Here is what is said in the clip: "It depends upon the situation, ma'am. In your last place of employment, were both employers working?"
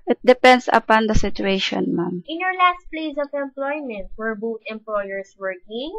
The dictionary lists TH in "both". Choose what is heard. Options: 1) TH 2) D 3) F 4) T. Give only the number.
4